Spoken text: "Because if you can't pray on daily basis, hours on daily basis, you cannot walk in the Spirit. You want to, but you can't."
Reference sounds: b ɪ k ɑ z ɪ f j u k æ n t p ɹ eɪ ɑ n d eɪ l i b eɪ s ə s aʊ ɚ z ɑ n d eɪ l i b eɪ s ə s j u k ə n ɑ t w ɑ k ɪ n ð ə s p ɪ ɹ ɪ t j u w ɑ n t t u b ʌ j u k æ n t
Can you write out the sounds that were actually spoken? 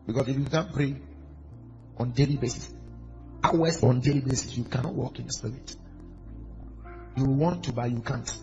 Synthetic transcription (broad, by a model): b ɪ k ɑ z ɪ f j u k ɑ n p ɹ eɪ ɑ n d eɪ l i b eɪ s ə s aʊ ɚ s ɑ n d eɪ l i b eɪ s ə s j u k ə n ɑ t w ɑ k ɪ n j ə s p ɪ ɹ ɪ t j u w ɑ n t t u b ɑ j u k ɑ n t